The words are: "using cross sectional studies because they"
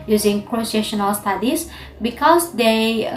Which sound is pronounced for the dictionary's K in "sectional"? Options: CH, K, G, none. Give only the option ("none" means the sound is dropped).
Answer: none